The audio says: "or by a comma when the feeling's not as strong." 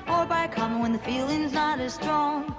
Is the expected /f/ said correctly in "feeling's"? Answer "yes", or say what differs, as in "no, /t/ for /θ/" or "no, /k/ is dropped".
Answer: yes